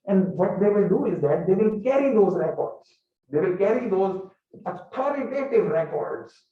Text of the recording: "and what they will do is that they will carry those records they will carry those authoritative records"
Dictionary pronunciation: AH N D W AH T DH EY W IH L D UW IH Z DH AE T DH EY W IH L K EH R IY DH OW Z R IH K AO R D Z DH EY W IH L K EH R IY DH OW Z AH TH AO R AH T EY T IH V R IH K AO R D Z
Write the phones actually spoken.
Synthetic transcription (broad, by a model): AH N D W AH T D EY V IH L D UW IH Z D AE T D EY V IH L K EH R IY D OW Z R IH K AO R D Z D EY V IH L K EH R IY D OW Z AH T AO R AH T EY T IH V R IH K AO R D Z